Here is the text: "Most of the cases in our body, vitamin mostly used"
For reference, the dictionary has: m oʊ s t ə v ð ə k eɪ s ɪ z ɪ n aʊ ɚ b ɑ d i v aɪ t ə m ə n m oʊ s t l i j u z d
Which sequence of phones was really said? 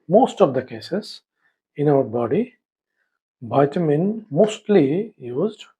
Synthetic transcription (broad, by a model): m oʊ s t ə v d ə k eɪ s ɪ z ɪ n aʊ ɚ b ɑ d i b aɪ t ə m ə n m oʊ s t l i j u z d